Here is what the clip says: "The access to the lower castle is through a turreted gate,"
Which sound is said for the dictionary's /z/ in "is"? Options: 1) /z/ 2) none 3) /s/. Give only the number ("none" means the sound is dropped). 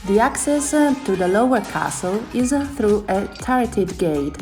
1